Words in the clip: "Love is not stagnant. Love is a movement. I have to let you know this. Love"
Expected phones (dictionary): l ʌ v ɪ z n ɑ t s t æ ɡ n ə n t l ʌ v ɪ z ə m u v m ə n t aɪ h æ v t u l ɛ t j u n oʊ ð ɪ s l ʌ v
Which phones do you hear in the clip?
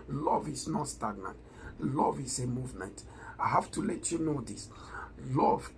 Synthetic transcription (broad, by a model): l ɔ v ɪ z n ɑ t s t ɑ ɡ n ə t l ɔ v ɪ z ə m u v m ə n t aɪ h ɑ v t u l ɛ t j u n oʊ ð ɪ s l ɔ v